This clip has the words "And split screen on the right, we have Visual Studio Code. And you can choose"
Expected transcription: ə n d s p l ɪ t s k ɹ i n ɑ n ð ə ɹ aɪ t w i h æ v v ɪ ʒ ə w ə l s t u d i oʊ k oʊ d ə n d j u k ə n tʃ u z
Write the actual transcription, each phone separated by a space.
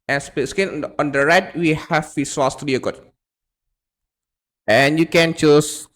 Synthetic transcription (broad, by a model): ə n s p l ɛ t s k i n ɑ n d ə ɹ aɪ t w i h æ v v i s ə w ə l s t u d i oʊ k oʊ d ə n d j u k ə n tʃ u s